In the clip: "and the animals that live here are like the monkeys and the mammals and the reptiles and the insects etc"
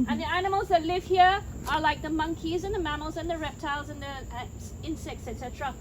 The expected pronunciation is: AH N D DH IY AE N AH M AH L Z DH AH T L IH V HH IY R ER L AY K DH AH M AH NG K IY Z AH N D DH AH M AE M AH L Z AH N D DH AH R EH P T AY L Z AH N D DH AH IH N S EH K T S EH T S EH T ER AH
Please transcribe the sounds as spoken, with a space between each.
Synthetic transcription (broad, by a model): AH N DH IY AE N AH M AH L Z DH AH T L IH V HH IY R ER L AY K DH AH M AH NG K IY Z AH N DH AH M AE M L Z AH N DH AH R EH P T AY L Z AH N DH AH IH N S EH K T S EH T S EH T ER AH